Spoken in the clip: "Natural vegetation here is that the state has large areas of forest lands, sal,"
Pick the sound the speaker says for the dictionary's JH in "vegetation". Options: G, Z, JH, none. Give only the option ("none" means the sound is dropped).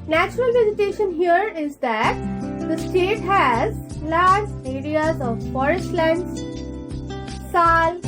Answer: Z